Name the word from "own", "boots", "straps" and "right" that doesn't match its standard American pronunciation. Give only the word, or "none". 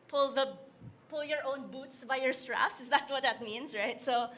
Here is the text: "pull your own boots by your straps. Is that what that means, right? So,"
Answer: straps